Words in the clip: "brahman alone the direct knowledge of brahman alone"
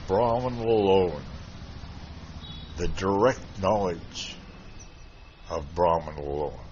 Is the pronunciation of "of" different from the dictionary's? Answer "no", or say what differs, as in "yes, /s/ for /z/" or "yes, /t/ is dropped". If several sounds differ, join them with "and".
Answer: no